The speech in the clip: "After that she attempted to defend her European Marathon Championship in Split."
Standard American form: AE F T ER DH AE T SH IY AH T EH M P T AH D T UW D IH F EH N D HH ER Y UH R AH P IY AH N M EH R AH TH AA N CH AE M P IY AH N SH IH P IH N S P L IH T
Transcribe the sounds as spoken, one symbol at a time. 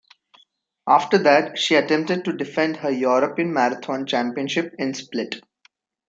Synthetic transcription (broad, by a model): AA F T ER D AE T SH IY AH T EH M P T AH D T UW D IH F EH N D HH ER Y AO R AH P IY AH N M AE R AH T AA N CH AE M P IY AH N SH IH P IH N S P L IH T